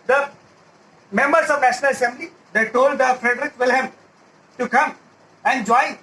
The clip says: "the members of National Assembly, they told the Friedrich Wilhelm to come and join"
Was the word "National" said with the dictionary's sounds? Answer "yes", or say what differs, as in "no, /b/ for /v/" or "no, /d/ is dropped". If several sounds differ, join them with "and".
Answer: yes